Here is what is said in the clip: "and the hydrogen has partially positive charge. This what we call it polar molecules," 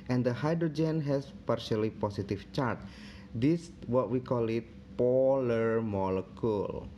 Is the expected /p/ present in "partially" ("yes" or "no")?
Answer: yes